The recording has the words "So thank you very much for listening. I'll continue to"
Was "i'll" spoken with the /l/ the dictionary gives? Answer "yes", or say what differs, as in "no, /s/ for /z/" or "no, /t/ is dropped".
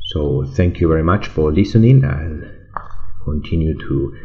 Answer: no, /n/ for /l/